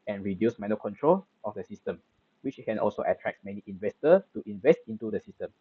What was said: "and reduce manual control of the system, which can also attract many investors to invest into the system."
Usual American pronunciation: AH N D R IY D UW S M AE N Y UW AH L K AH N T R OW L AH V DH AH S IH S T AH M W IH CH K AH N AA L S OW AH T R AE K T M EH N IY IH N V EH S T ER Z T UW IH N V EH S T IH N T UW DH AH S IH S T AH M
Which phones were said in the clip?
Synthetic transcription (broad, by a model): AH N R IY D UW S M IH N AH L K AH N T R OW L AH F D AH S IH S T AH M W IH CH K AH N AA L S OW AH T R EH K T M EH N IY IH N V EH S T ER T UW IH N V EH S T IH N T UW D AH S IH S T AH M